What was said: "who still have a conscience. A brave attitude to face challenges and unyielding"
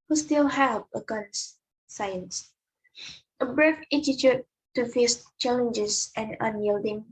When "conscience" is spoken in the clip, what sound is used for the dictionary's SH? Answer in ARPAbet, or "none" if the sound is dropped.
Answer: S